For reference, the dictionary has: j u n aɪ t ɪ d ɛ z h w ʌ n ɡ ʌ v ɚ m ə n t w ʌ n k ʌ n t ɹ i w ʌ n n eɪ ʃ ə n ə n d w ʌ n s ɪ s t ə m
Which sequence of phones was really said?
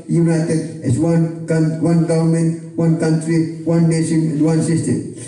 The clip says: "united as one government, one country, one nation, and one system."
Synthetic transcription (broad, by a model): j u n aɪ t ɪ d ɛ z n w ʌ n ɡ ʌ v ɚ m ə n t w ʌ n k ʌ n t ɹ i w ʌ n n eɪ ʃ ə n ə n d w ʌ n s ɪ s t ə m